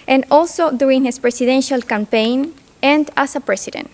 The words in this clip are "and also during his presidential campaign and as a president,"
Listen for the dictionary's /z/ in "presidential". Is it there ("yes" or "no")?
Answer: no